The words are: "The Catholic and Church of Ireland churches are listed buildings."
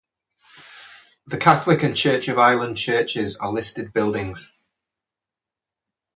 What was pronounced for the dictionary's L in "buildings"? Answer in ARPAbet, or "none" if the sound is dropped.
L